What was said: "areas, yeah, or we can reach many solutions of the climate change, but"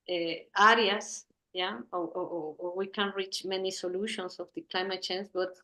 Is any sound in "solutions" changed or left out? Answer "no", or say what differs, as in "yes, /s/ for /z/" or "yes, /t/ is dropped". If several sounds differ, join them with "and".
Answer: yes, /s/ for /z/